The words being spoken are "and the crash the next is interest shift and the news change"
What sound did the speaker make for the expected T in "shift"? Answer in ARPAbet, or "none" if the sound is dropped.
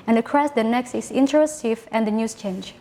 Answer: none